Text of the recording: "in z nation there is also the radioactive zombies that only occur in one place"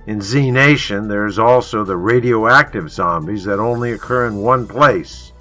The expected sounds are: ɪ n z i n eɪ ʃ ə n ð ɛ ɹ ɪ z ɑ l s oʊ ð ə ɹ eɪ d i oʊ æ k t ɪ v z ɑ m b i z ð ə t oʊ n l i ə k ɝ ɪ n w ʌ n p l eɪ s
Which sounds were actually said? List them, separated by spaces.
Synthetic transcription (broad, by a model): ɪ n z i n eɪ ʃ ə n ð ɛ ɹ ɪ z ɑ l s oʊ ð ə ɹ eɪ d i oʊ æ k t ɪ v z ɑ m b i z ð ə t oʊ n l i ə k ɝ ɪ n w ʌ n p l eɪ s